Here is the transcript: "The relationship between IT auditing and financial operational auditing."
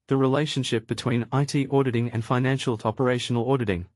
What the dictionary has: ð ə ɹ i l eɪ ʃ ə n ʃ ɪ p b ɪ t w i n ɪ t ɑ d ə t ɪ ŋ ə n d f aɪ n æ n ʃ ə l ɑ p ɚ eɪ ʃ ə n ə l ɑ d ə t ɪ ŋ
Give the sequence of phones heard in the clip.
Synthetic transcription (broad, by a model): ð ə ɹ i l eɪ ʃ ə n ʃ ɪ p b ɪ t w i n ɪ t ɑ d ə t ɪ ŋ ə n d f aɪ n æ n ʃ ə l ɑ p ɚ eɪ ʃ ə n ə l ɑ d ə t ɪ ŋ